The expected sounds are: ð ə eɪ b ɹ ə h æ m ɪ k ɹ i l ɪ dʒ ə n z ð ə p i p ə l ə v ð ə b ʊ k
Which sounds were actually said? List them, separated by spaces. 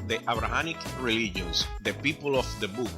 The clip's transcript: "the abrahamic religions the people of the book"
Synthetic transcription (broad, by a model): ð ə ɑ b ɹ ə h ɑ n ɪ k ɹ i l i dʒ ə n s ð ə p i p ə l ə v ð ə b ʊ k